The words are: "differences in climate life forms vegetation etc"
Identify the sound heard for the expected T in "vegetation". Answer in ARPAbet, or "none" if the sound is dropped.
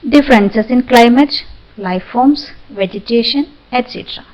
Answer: T